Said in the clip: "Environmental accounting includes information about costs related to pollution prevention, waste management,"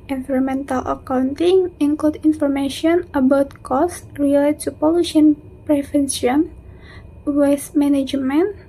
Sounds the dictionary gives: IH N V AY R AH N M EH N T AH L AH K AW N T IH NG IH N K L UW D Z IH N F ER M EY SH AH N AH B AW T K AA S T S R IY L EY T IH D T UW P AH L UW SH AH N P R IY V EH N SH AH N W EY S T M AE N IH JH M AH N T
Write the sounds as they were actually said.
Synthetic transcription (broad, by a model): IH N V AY R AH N M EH N T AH L AH K AW N T IH NG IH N K L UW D IH N F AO M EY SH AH N AH B AW T K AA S S R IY L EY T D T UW P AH L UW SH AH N P R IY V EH N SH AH N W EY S M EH N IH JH M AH N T